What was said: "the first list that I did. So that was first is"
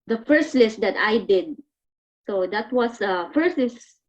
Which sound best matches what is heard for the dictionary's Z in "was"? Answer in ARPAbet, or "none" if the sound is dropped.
S